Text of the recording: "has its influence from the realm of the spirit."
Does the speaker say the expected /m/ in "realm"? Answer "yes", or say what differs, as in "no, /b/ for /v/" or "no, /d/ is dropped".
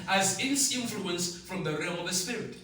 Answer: no, /m/ is dropped